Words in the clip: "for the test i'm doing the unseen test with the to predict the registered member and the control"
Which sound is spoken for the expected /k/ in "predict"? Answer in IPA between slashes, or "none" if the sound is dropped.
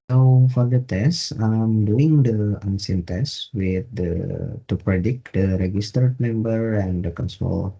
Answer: /k/